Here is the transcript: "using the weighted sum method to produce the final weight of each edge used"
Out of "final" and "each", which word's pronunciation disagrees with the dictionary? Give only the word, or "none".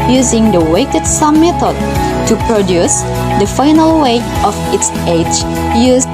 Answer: each